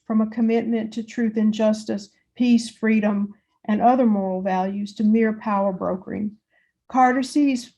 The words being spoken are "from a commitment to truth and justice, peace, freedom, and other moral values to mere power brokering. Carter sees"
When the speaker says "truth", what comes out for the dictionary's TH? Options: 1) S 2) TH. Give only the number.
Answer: 2